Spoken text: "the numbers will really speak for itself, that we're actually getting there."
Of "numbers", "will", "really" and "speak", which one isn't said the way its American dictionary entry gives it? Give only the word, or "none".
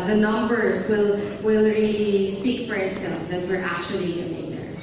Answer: really